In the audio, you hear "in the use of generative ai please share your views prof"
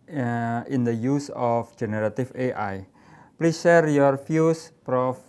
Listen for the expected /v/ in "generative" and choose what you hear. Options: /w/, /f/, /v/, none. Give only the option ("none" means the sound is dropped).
/f/